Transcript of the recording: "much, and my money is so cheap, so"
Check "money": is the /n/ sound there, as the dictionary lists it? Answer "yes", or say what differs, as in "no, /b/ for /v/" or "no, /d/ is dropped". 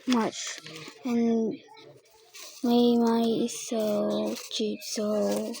no, /n/ is dropped